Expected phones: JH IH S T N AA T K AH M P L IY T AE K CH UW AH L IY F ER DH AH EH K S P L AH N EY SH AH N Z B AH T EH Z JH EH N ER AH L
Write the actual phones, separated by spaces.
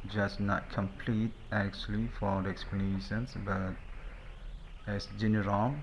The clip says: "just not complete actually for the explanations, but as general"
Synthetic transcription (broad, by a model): JH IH S N AA T K AH M P L IY T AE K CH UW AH L IY F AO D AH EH K S P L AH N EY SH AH N S B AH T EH S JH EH N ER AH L